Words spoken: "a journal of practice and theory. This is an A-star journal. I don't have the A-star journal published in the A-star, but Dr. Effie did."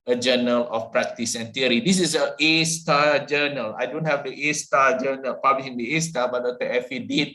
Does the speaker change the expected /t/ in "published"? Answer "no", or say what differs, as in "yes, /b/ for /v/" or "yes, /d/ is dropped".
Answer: yes, /t/ is dropped